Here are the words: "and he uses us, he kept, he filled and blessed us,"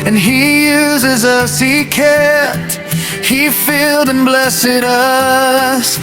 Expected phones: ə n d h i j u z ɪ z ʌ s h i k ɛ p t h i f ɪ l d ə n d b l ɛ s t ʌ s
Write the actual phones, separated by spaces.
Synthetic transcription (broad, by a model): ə n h i j u z ɪ z ʌ s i k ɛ t h i f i l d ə n b l ɛ s t ʌ s